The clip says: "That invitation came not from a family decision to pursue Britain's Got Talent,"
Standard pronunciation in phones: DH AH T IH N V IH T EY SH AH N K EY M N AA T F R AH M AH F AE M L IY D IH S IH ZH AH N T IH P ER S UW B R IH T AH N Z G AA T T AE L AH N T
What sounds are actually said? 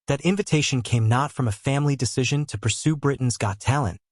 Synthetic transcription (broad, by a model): DH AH T IH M V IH T EY SH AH N K EY M N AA T F R AH M AH F AE M L IY D IH S IH ZH AH N T IH P ER S UW B R IH T N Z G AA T T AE L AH N T